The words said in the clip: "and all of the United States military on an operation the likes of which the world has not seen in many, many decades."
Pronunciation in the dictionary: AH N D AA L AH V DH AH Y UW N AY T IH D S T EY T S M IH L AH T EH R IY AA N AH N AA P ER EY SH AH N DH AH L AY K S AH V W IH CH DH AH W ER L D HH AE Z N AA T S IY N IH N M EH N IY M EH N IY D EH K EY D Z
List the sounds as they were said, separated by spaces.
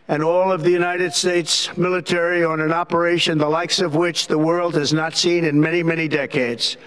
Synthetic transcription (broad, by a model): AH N AA L AH V DH AH Y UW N AY T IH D S T EY T S M IH L AH T EH R IY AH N AH N AA P ER EY SH AH N DH AH L AY K S AH V W IH CH DH AH W ER L D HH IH Z N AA T S IY N IH N M EH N IY M EH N IY D EH K EY D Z